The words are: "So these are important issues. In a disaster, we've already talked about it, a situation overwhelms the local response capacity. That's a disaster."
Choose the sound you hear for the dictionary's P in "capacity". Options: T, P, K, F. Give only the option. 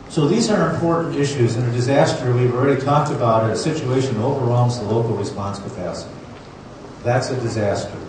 F